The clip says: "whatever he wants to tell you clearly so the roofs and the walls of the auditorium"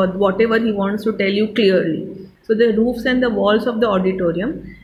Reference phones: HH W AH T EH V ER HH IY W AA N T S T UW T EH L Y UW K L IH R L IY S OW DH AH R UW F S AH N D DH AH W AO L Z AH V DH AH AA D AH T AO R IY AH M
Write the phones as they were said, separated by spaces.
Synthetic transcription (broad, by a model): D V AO T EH V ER HH IY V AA N T S T UW T EH L Y UW K L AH R L IY S OW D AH R UW F S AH N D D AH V AO L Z AH V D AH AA D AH T AO R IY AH M